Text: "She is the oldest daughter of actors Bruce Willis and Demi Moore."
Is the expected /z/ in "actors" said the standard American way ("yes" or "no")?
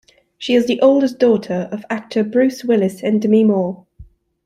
no